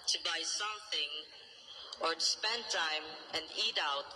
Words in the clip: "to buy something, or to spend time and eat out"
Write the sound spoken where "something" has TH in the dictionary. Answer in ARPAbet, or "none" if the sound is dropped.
TH